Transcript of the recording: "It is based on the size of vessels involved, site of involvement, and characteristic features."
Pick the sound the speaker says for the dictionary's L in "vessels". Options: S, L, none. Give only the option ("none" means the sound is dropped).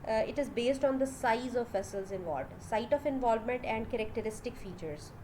L